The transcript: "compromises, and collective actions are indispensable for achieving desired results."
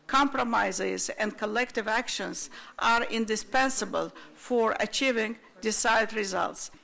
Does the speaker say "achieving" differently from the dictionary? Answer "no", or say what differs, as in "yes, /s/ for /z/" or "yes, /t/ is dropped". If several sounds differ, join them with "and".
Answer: no